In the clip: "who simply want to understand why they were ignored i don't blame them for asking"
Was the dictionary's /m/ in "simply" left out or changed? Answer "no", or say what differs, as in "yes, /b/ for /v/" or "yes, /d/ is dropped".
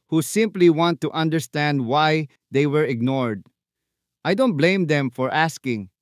no